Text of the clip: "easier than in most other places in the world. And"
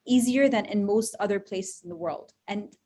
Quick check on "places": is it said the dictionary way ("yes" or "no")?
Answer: yes